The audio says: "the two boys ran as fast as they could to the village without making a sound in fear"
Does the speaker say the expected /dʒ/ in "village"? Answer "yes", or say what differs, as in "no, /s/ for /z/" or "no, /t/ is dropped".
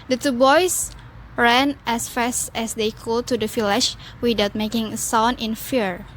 no, /ʃ/ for /dʒ/